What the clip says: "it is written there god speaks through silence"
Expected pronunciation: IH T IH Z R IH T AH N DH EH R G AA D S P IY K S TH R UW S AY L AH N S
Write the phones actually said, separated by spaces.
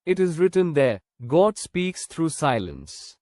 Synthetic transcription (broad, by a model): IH T IH Z R IH T AH N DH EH G AA D S P IY K S T R UW S AY L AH N S